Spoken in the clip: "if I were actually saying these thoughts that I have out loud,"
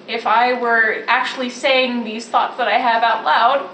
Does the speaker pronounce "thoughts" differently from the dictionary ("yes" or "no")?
no